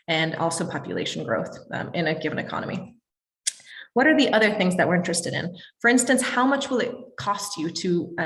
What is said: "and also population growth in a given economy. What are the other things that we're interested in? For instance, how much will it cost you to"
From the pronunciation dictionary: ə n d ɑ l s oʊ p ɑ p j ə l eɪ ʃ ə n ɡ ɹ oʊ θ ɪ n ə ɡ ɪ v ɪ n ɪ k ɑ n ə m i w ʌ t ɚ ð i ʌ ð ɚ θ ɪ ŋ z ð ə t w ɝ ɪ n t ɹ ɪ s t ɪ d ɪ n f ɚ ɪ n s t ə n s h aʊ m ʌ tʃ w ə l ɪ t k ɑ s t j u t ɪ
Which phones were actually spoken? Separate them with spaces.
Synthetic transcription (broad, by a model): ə n ɑ l s oʊ p ɑ p j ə l eɪ ʃ n ɡ ɹ oʊ θ ɪ n ə ɡ ɪ v ɪ n ɪ k ɑ n ə m i w ʌ t ɚ ð i ʌ ð ɚ θ ɪ ŋ z ð ə t w ɝ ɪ n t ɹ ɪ s t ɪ d ɪ n f ɚ ɪ n s t ə n s h aʊ m ʌ tʃ w ə l ɪ t k ɑ s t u t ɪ